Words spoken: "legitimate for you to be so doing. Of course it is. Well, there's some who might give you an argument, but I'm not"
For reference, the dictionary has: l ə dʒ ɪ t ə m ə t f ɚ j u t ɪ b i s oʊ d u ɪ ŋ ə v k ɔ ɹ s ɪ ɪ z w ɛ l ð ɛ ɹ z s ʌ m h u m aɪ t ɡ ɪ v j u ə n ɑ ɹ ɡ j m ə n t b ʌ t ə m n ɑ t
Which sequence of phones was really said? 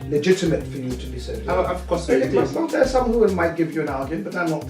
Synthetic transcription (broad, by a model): l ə dʒ ɪ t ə m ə t f ɚ j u t ɪ b i s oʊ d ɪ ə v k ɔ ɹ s ɪ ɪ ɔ n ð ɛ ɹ s ʌ m h u m aɪ t ɡ ɪ v j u ə n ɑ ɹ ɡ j ə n b ʌ t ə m n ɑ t